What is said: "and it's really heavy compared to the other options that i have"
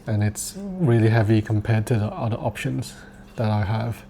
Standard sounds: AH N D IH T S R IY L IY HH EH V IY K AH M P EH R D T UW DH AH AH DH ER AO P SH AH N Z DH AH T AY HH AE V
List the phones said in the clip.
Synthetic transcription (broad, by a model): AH N IH T S R IY L IY HH EH V IY K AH M P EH D T UW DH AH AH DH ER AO P SH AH N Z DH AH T AY HH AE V